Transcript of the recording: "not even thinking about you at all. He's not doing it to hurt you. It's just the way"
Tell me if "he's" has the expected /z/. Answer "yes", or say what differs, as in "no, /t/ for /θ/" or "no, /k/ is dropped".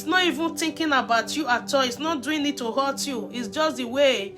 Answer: no, /s/ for /z/